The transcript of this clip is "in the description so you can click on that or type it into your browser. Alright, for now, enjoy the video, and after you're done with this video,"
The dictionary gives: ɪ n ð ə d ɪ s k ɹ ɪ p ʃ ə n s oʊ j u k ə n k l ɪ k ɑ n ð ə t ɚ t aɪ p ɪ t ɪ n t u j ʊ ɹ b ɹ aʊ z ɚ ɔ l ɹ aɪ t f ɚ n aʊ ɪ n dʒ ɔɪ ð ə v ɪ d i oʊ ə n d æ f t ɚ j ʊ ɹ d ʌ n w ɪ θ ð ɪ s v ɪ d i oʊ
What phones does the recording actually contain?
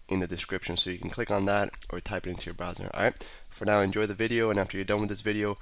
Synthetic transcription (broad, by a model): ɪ n ð ə d ɪ s k ɹ ɪ p ʃ ə n s oʊ j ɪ k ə n k l ɪ k n ð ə t ɚ t aɪ p ɪ t ɪ n t u j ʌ ɹ b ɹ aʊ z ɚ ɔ ɹ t f ɚ n aʊ ɪ n dʒ ɔɪ ð ə v ɪ d i oʊ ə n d æ f t ɚ j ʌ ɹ d ʌ n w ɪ ð ɪ s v ɪ d i oʊ